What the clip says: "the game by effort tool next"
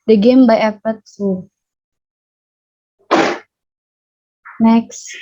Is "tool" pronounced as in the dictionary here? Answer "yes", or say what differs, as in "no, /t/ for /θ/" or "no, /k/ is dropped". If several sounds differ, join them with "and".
no, /s/ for /t/